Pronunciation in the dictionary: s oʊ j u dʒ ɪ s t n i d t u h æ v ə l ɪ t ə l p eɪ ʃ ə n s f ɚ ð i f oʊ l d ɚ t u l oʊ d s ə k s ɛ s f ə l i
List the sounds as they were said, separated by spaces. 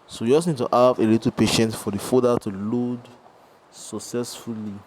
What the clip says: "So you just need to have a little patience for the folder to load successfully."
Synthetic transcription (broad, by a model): s oʊ j u dʒ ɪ s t n i d t u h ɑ v ə l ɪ t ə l p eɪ ʃ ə n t f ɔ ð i f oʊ d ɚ t u l oʊ d s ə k s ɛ s f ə l i